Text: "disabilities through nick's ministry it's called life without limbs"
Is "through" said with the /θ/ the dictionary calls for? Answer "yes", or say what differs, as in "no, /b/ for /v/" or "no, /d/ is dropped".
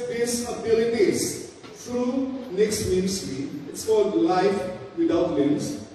no, /t/ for /θ/